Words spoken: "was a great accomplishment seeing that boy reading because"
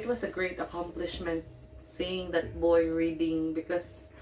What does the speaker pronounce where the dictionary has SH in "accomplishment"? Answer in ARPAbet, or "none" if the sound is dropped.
SH